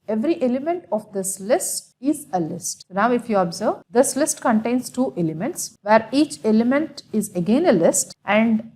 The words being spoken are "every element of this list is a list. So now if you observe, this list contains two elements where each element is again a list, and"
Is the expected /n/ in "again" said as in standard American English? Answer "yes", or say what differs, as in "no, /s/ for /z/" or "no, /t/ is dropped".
yes